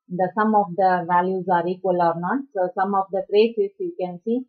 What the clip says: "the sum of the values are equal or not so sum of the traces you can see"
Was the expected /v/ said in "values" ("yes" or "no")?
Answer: yes